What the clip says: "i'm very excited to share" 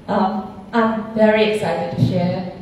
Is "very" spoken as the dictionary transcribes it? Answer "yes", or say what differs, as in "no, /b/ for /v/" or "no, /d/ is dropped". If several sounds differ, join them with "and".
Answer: yes